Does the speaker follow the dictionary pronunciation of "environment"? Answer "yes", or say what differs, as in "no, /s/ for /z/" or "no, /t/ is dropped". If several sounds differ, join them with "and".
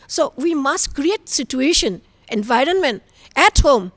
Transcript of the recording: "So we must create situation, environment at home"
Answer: yes